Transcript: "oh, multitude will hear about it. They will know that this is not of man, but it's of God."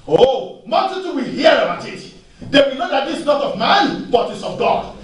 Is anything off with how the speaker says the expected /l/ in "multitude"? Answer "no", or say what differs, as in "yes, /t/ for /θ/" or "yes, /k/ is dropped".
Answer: yes, /n/ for /l/